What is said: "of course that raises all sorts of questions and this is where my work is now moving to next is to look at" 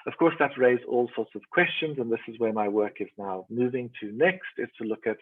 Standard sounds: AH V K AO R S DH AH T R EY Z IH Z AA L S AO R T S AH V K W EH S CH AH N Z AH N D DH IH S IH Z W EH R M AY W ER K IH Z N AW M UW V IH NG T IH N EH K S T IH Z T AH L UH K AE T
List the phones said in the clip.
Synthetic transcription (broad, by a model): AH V K AO R S DH AH T R EY Z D AA L S AO R T S AH V K W EH S CH AH N Z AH N DH IH S IH Z W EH R M AY W ER K IH Z N AW M UW V IH NG T IH N EH K S T IH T T AH L UH K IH T